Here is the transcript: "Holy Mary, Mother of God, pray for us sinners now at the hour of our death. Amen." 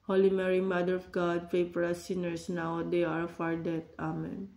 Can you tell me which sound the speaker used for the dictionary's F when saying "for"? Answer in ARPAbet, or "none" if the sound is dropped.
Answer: P